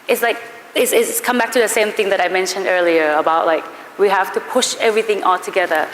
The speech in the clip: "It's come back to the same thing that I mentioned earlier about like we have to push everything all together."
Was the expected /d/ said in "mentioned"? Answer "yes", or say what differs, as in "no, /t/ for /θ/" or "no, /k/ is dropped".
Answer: yes